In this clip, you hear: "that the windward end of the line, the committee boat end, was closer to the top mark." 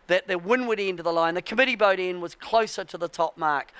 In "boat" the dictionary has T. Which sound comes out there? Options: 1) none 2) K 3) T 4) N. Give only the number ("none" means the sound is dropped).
3